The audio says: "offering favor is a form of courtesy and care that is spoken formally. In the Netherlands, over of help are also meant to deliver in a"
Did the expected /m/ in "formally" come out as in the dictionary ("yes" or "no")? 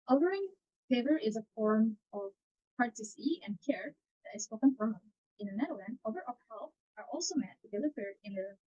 no